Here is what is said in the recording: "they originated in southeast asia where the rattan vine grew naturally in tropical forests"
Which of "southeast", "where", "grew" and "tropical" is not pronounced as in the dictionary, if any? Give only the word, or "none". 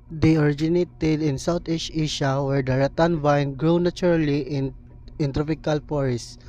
southeast